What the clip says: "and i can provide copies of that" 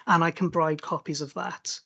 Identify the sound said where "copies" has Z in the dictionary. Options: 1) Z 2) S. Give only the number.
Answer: 1